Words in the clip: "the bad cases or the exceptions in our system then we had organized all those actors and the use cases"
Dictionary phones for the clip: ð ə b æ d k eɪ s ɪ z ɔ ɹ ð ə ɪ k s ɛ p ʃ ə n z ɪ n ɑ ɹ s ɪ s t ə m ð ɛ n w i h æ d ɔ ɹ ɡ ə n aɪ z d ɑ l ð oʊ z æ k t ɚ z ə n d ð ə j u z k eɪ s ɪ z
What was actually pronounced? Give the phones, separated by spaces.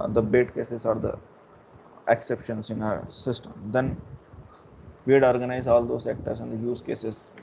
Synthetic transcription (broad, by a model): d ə b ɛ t k eɪ s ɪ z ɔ ɹ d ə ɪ k s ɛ p ʃ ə n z ɪ n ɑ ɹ s ɪ s t ə m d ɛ n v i d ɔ ɹ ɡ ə n aɪ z ɑ l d oʊ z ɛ k t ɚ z ə n d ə j u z k eɪ s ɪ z